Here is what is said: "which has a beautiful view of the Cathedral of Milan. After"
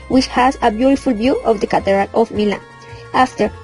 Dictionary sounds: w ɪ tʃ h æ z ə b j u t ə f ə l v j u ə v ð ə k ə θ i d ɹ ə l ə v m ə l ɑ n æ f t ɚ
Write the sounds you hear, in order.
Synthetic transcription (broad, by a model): w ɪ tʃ h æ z ə b j u t ə f ə l b j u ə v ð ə k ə t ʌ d ɹ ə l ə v m ə l ɑ n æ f t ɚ